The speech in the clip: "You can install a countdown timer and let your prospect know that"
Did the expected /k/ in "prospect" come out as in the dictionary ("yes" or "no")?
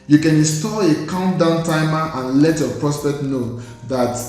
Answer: yes